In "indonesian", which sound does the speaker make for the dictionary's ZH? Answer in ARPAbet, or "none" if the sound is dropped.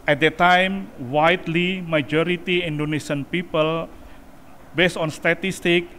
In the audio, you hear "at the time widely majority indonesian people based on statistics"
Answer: S